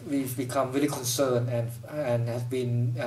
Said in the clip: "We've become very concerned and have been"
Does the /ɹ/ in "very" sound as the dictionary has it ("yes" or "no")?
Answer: no